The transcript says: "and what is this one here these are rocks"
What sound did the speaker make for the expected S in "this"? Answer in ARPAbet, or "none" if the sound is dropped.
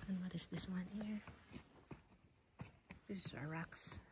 S